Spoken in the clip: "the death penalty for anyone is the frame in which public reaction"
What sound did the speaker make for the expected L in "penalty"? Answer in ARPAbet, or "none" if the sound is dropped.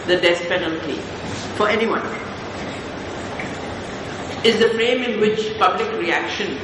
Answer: L